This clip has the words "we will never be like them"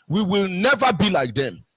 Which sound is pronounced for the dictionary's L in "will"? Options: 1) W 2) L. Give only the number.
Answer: 2